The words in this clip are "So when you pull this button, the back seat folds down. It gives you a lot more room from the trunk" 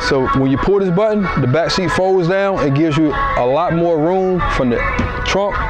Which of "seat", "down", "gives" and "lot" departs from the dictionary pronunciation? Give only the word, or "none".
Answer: none